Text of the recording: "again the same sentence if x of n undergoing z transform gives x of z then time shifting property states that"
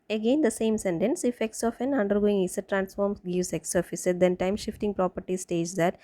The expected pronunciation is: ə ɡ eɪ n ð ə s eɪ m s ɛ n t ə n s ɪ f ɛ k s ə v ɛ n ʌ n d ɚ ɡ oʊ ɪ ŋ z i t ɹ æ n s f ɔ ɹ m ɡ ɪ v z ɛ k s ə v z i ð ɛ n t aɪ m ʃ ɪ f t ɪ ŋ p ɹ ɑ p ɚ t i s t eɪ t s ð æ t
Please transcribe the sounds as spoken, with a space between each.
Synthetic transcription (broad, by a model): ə ɡ eɪ n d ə s eɪ m s ɛ n t ə n s ɪ f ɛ k s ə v ɛ n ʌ n d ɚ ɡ oʊ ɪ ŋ s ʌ t ɹ æ n s f ɔ ɹ m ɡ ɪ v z ɛ k s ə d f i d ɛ n t aɪ m ʃ ɪ f t ɪ ŋ p ɹ ɑ p ɚ t i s t eɪ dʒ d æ t